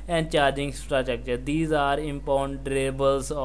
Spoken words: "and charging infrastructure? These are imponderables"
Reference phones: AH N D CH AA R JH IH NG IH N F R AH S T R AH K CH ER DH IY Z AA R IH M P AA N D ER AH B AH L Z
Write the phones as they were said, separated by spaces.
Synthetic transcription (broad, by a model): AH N D CH AA R JH IH NG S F R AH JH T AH K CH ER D IY Z AA R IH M P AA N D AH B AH L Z